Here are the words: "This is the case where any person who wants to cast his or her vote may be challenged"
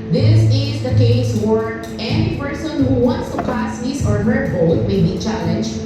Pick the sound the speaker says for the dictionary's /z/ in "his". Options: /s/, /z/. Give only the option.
/s/